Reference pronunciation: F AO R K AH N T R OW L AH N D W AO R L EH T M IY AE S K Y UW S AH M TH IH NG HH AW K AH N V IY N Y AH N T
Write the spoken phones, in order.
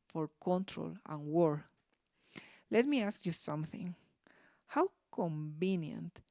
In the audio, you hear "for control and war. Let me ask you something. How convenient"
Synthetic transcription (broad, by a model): F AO R K AH N T R OW L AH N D W AO R L EH T M IY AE S K Y UW S AH M TH IH NG HH AW K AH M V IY N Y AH N T